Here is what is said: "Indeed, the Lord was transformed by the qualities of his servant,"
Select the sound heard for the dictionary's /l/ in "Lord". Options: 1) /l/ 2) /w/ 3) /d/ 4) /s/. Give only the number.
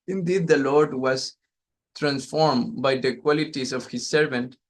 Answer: 1